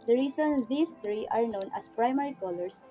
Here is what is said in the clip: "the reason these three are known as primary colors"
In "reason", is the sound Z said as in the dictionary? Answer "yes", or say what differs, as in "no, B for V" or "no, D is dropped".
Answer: no, S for Z